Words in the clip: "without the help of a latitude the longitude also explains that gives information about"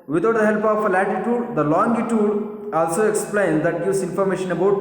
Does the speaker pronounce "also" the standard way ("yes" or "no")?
yes